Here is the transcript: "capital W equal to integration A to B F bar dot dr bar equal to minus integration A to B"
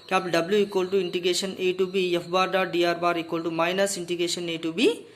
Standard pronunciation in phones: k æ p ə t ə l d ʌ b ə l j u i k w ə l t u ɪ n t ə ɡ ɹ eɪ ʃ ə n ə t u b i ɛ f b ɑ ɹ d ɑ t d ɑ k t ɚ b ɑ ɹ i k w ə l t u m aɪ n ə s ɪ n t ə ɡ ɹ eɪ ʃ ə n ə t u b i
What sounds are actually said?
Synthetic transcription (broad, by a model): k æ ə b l d ʌ b l j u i k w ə l t u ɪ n t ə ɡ ɹ eɪ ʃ ə n ə t u b i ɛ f b ɑ ɹ d ɑ t d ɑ t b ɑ ɹ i k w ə l t u m aɪ n ə s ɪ n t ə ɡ ɹ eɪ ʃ ə n ə t u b i